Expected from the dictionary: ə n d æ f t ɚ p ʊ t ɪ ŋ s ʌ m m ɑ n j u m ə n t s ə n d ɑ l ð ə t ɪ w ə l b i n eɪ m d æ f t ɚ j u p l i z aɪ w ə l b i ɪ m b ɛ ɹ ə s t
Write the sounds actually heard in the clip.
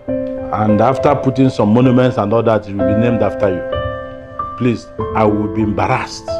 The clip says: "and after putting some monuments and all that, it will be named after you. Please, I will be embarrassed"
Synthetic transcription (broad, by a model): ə n d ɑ f t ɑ p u t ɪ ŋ s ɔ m m ɑ n j u m ə n t s ə n d ɑ l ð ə t ɪ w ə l b i n eɪ m d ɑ f t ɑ j u p l i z aɪ w ə l b i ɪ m b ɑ ɹ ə s t